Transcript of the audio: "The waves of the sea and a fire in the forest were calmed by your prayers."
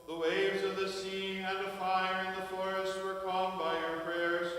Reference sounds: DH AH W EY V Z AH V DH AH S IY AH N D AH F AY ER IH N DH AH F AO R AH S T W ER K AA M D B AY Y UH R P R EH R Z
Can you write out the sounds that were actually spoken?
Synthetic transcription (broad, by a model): DH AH W EY V Z AH V DH AH S IY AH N AH F AY ER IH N DH AH F AO R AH S T W ER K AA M B AY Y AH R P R EH R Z